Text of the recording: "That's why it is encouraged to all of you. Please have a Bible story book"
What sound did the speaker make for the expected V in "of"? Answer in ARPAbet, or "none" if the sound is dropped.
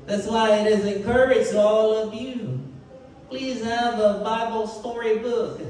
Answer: V